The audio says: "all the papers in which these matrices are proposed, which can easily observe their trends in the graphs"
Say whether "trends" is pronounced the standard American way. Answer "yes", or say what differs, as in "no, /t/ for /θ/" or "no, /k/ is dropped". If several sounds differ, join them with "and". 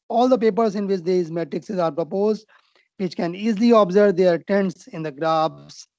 no, /ɹ/ is dropped